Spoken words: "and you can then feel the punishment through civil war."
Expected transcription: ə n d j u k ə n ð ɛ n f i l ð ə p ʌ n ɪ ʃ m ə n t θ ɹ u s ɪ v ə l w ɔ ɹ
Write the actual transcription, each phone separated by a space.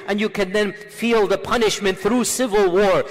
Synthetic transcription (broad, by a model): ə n j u k ə n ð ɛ n f i l ð ə p ʌ n ɪ ʃ m ə n t θ ɹ u s ɪ v ə l w ɔ ɹ